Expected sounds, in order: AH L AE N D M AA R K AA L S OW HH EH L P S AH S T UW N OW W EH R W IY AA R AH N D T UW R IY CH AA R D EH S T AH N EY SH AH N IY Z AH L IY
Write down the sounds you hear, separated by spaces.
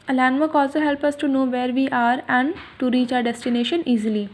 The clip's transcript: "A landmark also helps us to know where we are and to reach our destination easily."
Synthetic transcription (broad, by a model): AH L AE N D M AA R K AA L S OW HH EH L P AH S T UW N OW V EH R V IY AA R AH N D T UW R IY CH AA R D EH S T AH N EY SH AH N IY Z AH L IY